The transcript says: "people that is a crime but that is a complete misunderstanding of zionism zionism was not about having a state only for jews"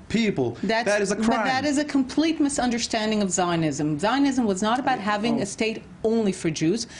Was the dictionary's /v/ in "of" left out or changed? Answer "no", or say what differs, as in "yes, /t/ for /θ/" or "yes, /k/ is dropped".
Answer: no